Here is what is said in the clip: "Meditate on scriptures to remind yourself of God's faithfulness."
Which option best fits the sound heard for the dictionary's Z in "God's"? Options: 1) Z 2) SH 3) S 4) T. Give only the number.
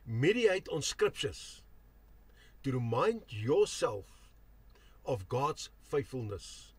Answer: 3